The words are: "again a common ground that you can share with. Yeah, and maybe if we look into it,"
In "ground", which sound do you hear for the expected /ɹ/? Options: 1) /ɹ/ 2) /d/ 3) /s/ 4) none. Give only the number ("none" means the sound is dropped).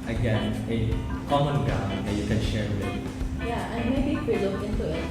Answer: 4